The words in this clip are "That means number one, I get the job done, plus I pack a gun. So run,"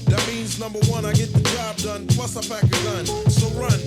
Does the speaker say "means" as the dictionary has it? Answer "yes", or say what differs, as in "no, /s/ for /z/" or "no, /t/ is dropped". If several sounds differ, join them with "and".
yes